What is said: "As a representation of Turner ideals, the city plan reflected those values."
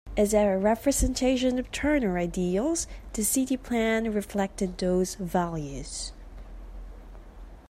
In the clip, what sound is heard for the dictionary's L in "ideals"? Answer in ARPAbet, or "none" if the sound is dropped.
L